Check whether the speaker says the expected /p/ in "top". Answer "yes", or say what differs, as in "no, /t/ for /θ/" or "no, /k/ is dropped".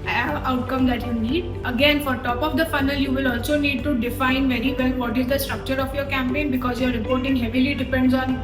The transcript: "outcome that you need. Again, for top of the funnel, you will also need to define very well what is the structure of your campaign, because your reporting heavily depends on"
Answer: yes